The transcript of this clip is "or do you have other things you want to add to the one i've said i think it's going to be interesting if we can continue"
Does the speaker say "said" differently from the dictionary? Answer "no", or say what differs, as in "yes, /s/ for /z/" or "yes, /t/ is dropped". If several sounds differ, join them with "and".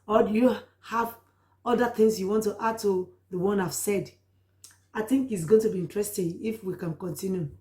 no